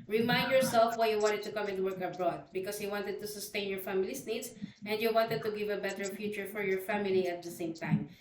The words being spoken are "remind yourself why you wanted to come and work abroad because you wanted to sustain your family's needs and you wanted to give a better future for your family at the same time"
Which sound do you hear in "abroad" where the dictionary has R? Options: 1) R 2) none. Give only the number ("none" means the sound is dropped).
1